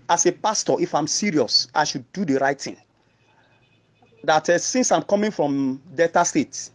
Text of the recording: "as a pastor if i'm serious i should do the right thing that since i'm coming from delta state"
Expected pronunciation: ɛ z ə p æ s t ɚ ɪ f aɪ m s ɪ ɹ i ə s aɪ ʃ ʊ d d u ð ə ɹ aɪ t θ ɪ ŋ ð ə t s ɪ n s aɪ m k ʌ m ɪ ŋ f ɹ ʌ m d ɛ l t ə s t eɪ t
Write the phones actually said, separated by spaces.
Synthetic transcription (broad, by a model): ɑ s ə p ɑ s t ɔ ɪ f aɪ m s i ɹ i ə s aɪ ʃ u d d u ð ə ɹ aɪ t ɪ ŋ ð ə t s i n s aɪ m k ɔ m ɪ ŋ f ɹ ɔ m d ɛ t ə s t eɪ t